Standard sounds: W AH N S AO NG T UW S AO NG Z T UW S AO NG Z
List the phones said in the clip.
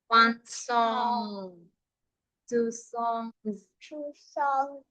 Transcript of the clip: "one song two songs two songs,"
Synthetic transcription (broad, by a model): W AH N S AO NG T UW S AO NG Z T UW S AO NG